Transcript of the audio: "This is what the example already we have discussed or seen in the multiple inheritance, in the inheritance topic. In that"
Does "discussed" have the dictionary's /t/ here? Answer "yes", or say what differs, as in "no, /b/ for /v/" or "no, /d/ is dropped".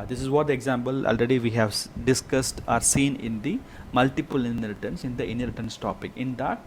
yes